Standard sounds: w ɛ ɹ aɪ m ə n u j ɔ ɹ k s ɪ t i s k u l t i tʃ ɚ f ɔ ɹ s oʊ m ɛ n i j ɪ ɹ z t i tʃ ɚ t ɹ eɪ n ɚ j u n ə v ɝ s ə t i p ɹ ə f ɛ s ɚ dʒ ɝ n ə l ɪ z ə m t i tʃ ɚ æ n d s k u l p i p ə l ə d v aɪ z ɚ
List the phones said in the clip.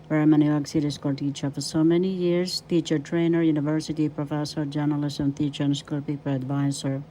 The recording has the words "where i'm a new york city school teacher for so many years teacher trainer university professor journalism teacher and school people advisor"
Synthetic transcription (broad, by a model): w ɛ ɹ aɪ m ə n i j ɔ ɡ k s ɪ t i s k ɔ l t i tʃ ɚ f ɔ ɹ s oʊ m ɛ n i j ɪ ɹ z t i tʃ ɚ t ɹ eɪ n ɚ j u n ə v ɝ s ə t i p ɹ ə f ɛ s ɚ dʒ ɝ n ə l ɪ s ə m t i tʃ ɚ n s k u l p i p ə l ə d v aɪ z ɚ